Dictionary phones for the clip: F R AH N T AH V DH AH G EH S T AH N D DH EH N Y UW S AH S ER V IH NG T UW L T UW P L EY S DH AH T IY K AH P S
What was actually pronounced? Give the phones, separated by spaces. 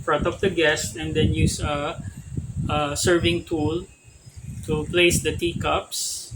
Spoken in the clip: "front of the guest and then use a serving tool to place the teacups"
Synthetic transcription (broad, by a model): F R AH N T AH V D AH G EH S T AH N D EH N Y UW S AH S ER V IH NG T UW L T UW P L EY S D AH T IY K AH P S